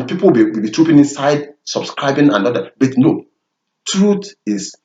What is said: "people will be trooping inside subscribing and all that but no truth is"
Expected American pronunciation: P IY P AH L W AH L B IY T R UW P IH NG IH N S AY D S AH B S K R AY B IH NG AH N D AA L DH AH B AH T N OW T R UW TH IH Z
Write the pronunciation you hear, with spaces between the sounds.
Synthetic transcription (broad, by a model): P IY P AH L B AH W B IY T R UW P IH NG IH N S AY D S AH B S K R AY B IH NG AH N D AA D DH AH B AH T N OW T R UW T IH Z